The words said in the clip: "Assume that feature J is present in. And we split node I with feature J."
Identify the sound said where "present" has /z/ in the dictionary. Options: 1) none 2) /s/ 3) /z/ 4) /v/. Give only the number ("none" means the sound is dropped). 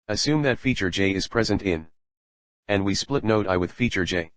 3